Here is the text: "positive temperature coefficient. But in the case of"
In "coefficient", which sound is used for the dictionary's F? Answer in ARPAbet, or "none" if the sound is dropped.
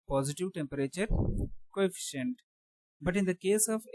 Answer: F